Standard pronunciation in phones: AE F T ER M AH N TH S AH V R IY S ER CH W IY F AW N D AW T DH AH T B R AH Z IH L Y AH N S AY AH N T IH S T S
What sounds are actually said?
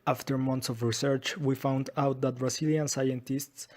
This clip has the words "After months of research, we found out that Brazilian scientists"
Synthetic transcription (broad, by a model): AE F T ER M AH N T S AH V R IY S ER CH W IY F AW N D AW T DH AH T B R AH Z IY L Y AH N S AY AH N T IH S T S